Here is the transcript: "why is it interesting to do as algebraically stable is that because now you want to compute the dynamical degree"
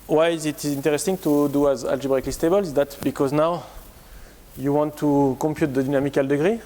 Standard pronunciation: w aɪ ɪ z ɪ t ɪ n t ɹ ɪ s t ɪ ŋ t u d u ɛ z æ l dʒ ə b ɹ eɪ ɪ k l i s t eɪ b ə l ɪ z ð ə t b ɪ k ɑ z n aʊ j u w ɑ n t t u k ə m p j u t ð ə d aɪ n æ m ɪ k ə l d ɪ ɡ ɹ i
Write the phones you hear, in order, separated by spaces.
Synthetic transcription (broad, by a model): w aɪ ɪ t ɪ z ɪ n t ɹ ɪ s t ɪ ŋ t u d u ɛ z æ l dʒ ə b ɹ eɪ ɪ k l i s t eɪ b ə l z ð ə t b ɪ k ɑ z n aʊ j u w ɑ n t t u k ə m p j u t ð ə d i n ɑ m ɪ k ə l d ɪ ɡ ɹ i